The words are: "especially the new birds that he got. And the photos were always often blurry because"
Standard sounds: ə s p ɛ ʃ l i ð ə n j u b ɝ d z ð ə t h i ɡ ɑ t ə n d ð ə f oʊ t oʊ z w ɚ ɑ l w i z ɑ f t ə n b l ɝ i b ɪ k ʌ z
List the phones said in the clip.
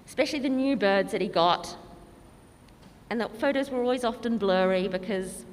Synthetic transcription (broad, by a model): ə s p ɛ ʃ l i ð ə n j u b ɝ d z ð ə t h i ɡ ɑ t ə n ð ə f oʊ t oʊ z w ɚ ɑ l w i z ɑ f t ə n b l ɝ i b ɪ k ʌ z